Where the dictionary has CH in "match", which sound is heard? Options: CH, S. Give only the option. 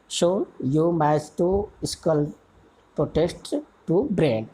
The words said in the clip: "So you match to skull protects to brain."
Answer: S